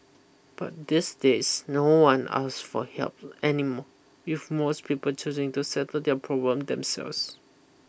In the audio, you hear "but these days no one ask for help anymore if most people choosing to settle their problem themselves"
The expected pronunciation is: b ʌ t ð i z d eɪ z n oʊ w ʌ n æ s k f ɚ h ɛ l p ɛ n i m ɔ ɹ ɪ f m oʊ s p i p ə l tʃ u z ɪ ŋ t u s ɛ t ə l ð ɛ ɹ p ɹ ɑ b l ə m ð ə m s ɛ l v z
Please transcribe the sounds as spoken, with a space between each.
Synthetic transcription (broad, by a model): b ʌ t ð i s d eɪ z n oʊ w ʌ n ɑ s f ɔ h ɛ l p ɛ n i m ɔ w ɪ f m oʊ s p i p ə l tʃ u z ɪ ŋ t u s ɛ t ə l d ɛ p ɹ ɑ b l ə m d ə m s ɛ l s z